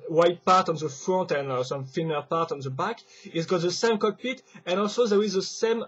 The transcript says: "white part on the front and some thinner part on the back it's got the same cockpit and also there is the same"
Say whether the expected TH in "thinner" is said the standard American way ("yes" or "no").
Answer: no